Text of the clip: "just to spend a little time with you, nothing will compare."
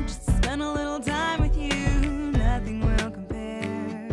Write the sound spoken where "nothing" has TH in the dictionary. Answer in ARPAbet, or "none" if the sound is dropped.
TH